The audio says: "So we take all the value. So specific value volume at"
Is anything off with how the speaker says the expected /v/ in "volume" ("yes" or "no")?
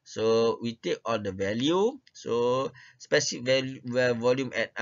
no